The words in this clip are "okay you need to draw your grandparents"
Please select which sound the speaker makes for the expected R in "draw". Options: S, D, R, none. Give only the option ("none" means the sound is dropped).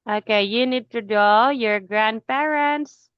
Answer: none